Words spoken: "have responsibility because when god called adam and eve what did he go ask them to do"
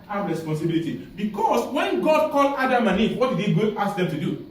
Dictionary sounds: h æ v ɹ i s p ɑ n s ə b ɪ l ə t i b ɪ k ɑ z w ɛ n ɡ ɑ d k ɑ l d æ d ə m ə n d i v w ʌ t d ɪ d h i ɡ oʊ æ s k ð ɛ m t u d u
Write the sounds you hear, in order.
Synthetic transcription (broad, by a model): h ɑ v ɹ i s p ɑ n s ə b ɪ l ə t i b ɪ k ɑ s w ɛ n ɡ ɑ d k ɑ l ɑ d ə m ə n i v w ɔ t d ɪ d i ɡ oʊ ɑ s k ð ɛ m t u d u